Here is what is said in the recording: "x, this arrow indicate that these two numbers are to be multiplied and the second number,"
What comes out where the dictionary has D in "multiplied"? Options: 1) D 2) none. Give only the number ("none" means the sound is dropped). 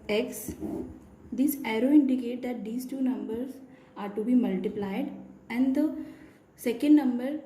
1